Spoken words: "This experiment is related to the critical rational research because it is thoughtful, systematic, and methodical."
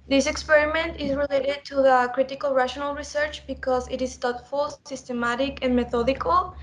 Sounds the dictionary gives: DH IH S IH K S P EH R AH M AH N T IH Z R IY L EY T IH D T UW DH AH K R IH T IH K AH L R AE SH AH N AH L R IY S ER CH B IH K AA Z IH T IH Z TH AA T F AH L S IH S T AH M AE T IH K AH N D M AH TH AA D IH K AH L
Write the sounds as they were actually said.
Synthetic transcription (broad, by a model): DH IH S IH K S P EH R AH M AH N T IH Z R IY L EY T IH D T UW DH AH K R IH T IH K AH L R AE SH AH N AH L R IY S ER CH B IH K AA Z IH T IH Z T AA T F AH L S IH S T AH M AE T IH K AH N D M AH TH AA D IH K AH L